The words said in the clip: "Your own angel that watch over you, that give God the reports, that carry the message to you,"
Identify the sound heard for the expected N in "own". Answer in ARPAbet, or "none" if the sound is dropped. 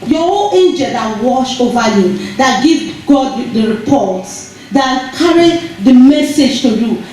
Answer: L